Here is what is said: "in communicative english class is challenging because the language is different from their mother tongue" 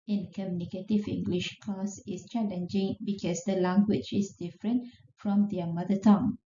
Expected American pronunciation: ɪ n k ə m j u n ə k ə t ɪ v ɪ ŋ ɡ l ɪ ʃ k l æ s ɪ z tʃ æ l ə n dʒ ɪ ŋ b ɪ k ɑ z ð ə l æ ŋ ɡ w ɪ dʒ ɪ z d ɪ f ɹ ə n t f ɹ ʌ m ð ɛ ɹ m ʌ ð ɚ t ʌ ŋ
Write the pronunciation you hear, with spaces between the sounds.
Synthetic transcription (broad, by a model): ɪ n k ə m j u n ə k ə t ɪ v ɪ ŋ ɡ l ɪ ʃ k ɔ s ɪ s tʃ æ l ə n dʒ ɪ ŋ b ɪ k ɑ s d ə l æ ŋ ɡ w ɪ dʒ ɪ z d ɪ f ɹ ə n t f ɹ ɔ m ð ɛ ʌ m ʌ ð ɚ t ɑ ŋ